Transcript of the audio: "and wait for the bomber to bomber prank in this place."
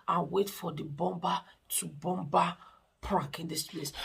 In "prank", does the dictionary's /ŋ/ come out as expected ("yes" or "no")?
no